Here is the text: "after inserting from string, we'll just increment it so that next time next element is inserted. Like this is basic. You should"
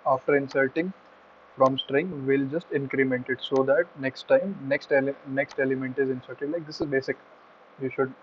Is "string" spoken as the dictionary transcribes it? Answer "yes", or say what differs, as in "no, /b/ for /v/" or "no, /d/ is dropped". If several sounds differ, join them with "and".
yes